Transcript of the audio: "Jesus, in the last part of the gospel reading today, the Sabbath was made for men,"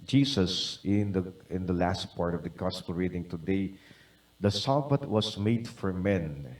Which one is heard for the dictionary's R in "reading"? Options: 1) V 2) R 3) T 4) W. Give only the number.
2